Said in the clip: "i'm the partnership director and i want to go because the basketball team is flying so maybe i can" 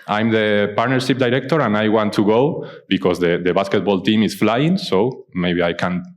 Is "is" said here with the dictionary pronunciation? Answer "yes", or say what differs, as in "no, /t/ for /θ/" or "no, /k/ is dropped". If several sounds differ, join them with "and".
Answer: no, /s/ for /z/